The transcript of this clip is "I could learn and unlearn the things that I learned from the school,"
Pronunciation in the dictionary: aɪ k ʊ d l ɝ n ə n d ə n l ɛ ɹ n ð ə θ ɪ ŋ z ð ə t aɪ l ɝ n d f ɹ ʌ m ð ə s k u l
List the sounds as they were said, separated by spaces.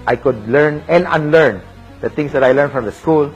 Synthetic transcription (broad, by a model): aɪ k ʊ d l ɝ n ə n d ə n l ɛ ɹ n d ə t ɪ ŋ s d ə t aɪ l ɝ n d f ɹ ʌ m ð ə s k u l